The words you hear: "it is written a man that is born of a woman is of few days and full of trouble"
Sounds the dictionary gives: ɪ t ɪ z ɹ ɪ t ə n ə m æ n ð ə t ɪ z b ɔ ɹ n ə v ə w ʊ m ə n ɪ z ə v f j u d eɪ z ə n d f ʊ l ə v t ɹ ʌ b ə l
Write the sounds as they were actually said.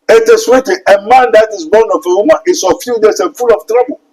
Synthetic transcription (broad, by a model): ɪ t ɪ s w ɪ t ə ə m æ n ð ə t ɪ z b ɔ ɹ n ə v ə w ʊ m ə n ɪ s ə f j u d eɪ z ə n f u l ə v t ɹ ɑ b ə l